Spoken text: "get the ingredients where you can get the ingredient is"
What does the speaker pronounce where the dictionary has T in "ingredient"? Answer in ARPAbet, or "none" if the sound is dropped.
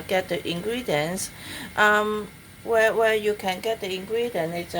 none